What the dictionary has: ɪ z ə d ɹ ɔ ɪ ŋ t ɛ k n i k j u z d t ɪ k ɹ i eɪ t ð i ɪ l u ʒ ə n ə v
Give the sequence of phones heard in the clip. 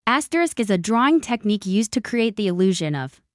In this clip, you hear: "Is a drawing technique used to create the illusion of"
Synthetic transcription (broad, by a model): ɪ z ə d ɹ ɔ ɪ ŋ t ɛ k n i k j u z t ɪ k ɹ i eɪ t ð i ɪ l u ʒ ə n ə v